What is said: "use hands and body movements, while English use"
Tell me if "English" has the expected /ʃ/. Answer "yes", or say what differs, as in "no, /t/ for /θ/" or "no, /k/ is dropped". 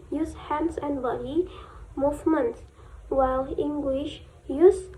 yes